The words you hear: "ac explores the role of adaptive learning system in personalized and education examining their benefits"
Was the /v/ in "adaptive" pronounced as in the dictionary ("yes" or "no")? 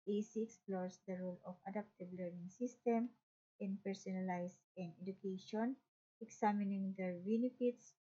no